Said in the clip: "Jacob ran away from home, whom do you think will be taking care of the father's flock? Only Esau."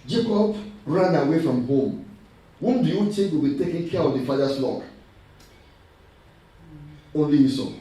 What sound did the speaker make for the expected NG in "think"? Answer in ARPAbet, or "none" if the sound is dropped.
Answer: none